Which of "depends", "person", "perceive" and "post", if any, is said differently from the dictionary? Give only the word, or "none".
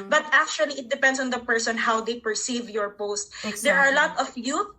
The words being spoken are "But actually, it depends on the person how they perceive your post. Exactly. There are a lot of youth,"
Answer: depends